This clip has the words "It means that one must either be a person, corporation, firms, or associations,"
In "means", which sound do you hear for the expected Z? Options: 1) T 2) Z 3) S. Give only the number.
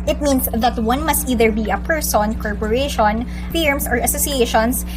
3